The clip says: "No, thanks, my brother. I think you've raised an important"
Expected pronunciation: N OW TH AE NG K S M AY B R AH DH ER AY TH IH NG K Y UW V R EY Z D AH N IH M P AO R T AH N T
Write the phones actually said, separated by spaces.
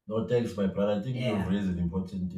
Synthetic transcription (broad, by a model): N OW T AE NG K S M AY B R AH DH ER AY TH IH NG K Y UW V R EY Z AH N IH M P AO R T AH N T